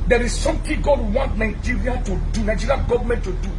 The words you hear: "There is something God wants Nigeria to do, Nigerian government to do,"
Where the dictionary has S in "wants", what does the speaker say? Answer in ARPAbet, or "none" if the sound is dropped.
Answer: none